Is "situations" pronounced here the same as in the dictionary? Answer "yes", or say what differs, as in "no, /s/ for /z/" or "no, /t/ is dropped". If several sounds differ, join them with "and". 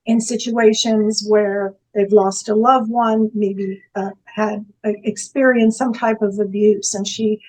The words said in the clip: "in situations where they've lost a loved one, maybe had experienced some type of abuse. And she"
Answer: yes